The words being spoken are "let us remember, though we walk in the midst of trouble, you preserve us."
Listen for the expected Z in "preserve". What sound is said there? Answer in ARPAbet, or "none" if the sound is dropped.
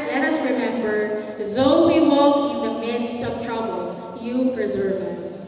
Z